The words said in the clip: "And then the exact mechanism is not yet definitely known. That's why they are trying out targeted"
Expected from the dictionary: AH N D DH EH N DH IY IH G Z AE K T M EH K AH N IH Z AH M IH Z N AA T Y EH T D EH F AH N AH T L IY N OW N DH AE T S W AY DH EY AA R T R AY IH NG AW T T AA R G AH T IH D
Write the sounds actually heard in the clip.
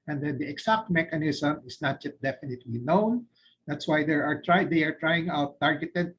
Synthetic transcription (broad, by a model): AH N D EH N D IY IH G S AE K T M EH K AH N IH S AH M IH S N AA T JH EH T D EH F AH N AH T L IY N OW N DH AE T S W AY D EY AA R T R AY IH NG AW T T AA R G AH T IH D